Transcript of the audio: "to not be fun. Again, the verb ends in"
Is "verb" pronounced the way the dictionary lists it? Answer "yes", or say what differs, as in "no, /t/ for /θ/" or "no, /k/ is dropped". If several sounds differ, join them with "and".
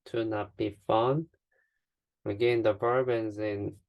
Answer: no, /b/ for /v/